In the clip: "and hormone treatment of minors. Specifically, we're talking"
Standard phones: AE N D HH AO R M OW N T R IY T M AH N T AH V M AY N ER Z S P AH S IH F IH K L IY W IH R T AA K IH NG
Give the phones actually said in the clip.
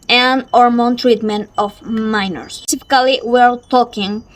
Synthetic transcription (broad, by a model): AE N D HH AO R M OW N T R IY T M AH N T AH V M AY N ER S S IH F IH K L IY W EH L T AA K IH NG